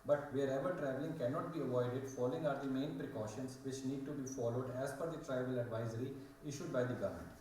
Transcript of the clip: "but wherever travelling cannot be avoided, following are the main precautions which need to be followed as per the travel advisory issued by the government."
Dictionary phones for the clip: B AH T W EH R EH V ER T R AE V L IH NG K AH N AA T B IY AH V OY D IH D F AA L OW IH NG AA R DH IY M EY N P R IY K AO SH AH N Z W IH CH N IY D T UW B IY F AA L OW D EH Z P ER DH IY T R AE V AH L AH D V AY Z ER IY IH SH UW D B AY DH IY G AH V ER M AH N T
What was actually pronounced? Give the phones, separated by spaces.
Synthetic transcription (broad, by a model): B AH T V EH R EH V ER T R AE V L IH NG K AH N AA T B IY AH V OY D IH D F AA L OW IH NG AA R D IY M EY N P R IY K AO SH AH N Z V IH CH N IY D T UW B IY F AA L OW D EH Z F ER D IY T R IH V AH L AH D V AY Z ER IY IH SH UW D B AY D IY G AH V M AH N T